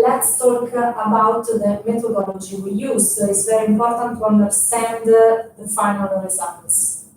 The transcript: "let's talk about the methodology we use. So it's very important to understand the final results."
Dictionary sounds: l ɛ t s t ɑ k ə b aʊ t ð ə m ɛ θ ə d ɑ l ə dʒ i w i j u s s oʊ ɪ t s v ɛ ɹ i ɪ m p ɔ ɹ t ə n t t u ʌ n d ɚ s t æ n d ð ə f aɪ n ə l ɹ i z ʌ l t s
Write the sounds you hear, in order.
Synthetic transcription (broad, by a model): l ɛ t s t ɑ k ə b aʊ t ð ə m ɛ t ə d ɑ l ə dʒ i w i j u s s oʊ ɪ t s v ɛ ɹ i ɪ m p ɔ ɹ t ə n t t u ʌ n d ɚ s t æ n d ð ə f aɪ n ə l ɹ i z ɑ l t s